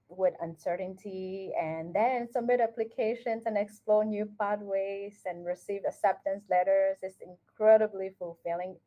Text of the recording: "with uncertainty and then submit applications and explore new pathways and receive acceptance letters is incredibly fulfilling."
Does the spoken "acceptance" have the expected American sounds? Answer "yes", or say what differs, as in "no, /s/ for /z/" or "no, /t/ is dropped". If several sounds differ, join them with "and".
no, /k/ is dropped